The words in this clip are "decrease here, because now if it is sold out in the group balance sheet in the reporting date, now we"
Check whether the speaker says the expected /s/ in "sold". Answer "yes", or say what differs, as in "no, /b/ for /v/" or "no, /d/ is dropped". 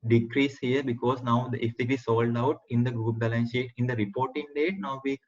yes